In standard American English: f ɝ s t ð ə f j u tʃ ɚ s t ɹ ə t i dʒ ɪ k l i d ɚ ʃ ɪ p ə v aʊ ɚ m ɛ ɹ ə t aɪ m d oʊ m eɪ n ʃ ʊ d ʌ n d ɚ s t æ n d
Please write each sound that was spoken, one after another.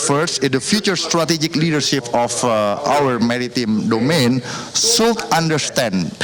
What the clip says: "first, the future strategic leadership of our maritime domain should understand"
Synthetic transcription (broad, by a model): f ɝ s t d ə f j u tʃ ɚ s t ɹ ə t i dʒ ɪ k l i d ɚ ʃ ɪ p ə f aʊ ɚ m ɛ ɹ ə t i m d oʊ m eɪ n s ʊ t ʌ n d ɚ s t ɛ n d